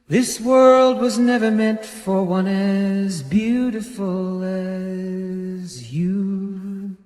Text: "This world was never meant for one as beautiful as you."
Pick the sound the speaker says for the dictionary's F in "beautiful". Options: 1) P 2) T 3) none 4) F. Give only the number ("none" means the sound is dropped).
4